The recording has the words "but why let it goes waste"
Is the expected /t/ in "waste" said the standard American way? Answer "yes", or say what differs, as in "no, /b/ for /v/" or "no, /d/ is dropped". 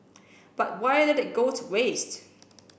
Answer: yes